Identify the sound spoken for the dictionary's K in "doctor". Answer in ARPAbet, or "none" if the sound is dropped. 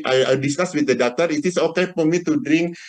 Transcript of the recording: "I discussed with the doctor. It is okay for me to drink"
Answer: none